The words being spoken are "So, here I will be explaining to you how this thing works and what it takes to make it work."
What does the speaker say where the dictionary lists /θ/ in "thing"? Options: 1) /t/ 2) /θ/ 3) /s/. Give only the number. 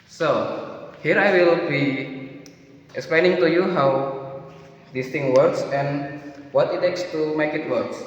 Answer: 1